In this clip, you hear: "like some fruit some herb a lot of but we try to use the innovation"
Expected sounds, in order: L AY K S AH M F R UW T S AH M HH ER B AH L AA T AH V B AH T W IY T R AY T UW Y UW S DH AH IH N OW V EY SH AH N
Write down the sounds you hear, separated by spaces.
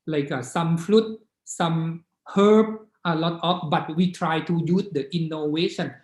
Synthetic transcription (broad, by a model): L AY K S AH M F L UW T S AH M HH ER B AH L AA T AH P B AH T W IY T R AY T UW Y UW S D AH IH N OW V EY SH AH N